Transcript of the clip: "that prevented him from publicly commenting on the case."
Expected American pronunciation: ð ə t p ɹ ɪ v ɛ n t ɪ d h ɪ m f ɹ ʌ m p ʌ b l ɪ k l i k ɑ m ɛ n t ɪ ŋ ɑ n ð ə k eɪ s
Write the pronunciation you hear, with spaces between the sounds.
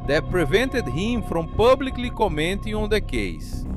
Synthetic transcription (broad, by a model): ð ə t p ɹ ɪ v ɛ n t ɪ d h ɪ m f ɹ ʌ m p ʌ b l ɪ k l i k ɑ m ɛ n t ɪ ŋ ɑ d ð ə k eɪ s